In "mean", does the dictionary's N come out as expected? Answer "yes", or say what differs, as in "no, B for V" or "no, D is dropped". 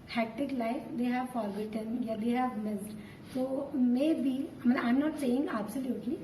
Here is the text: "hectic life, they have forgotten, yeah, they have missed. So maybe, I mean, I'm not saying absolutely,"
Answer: no, N is dropped